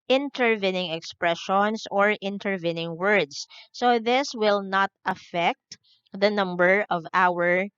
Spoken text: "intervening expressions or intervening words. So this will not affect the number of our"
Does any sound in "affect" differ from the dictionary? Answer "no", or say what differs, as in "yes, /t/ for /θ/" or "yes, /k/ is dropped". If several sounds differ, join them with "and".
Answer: no